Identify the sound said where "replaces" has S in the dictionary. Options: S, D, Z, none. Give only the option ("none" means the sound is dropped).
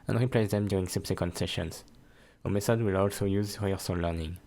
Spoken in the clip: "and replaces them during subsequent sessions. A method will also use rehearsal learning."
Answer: none